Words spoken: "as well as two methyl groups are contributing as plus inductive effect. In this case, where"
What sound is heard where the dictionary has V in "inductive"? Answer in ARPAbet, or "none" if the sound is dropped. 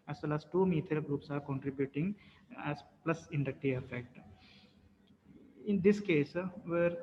none